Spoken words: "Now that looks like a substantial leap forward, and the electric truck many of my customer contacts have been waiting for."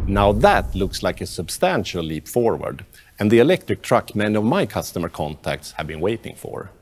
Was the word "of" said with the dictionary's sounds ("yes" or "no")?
yes